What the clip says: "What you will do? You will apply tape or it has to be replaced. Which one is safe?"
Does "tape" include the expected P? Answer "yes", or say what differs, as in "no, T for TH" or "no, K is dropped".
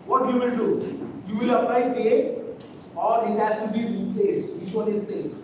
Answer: no, P is dropped